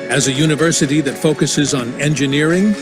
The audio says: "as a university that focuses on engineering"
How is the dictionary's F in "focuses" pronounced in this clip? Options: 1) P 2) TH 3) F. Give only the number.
3